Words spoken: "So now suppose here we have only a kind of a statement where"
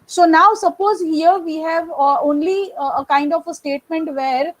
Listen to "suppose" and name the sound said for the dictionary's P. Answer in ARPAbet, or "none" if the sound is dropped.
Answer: P